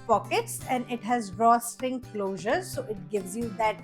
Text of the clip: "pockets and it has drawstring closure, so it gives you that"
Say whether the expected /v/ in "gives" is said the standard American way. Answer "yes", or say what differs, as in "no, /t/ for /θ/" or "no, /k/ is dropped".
yes